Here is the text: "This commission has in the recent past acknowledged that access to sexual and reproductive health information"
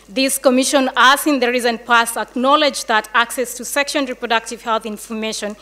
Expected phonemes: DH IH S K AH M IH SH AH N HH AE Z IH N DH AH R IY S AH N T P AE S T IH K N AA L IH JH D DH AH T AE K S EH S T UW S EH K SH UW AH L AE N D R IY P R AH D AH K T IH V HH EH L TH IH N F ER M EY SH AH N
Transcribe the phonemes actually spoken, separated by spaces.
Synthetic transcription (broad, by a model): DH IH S K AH M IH SH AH N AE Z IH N DH AH R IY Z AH N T P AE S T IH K N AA L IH JH DH AH T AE K S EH S T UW S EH K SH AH N R IY P R AH D AH K T IH V HH EH L TH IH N F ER M EY SH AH N